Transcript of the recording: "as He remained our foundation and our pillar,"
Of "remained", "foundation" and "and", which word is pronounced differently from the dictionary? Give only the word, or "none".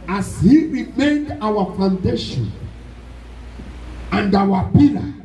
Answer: none